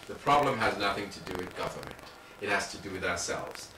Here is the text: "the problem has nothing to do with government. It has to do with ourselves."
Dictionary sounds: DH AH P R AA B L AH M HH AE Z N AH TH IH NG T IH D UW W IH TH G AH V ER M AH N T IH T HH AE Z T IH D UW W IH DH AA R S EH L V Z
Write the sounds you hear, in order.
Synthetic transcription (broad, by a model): DH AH P R AA B L AH M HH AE Z N AH TH IH NG T IH D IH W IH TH G AH V ER M AH N T IH T HH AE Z T IH D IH W IH DH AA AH S EH L V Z